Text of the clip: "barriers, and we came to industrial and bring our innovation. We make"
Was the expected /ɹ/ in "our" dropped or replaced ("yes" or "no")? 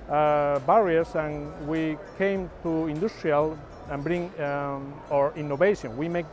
no